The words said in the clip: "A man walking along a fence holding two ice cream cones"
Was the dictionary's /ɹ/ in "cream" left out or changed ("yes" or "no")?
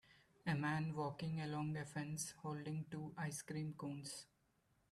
no